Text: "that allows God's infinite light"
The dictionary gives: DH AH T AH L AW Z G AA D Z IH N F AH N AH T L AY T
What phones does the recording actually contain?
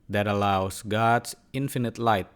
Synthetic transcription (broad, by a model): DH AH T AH L AW S G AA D S IH N F AH N AH T L AY T